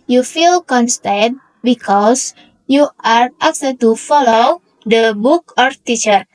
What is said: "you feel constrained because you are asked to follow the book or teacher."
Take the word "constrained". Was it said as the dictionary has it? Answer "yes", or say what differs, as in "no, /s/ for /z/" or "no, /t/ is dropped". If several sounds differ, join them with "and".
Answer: no, /ɹ/ is dropped